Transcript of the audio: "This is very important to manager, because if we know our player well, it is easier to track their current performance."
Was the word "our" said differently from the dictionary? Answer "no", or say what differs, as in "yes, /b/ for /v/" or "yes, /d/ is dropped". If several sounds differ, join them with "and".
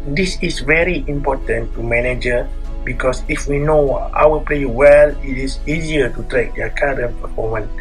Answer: yes, /l/ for /ɹ/